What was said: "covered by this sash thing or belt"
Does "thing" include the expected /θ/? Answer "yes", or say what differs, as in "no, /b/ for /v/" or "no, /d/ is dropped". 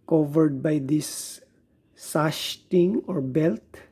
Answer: no, /t/ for /θ/